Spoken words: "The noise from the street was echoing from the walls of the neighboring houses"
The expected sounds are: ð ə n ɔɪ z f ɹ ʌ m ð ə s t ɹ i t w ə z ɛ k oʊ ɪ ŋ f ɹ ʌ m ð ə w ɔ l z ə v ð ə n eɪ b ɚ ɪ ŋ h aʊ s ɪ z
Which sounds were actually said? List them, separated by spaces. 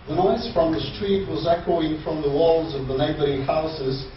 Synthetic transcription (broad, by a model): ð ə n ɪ s f ɹ ʌ m ð ə s t ɹ i t w ə z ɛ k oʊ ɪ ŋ f ɹ ʌ m ð ə w ɔ l z ə v ð ə l eɪ b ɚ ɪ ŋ h aʊ s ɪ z